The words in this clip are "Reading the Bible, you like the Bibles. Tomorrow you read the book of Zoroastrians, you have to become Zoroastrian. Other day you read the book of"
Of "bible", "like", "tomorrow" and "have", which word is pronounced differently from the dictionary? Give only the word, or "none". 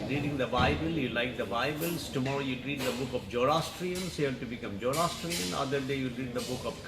have